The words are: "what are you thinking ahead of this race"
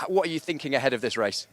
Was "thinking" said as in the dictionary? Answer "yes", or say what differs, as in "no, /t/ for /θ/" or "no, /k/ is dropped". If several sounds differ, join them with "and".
yes